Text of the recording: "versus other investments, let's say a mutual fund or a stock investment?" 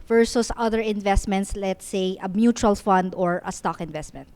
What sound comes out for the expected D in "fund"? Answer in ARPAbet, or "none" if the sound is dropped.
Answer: D